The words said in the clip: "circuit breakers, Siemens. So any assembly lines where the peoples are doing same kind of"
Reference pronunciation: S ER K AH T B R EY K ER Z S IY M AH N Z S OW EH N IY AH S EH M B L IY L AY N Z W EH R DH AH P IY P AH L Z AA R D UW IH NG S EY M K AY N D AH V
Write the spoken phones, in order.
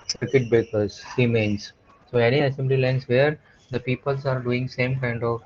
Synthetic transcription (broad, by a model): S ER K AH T B EY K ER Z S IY M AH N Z S OW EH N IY AH S EH M B L IY L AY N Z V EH R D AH P IY P AH L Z AA R D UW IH NG S EY M K AY N D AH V